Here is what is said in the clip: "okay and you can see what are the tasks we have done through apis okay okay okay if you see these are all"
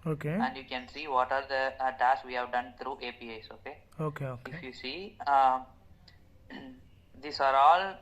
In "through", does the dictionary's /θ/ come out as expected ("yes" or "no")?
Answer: no